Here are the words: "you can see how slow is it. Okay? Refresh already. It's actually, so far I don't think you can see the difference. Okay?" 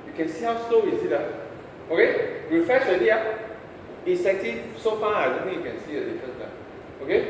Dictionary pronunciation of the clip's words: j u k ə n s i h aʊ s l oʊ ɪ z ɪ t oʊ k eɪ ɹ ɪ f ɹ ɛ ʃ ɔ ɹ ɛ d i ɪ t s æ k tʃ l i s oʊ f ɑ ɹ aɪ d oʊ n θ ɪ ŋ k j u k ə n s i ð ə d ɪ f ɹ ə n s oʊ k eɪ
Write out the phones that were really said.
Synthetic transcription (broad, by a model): j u k ə n s i h aʊ s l oʊ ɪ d ɪ t oʊ k eɪ ɹ ɪ f ɹ ɛ ʃ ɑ ɪ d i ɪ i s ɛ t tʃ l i s oʊ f ɑ aɪ d oʊ n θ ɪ ŋ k j u k ə n s i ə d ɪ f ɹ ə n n oʊ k eɪ